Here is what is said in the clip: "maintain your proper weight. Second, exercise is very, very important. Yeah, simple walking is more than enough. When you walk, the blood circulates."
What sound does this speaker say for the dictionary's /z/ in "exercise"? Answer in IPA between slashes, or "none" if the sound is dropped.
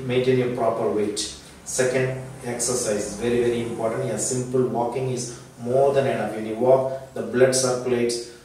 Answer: none